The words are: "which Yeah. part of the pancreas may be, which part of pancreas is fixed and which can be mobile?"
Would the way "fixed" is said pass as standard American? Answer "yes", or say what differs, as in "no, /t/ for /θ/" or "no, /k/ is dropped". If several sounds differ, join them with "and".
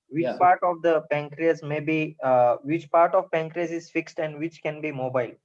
yes